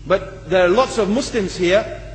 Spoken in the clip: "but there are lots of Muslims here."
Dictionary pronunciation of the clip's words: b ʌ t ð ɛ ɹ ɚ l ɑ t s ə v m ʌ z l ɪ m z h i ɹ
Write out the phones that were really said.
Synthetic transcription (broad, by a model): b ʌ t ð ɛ ɹ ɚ l ɑ t s ə v m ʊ s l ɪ m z h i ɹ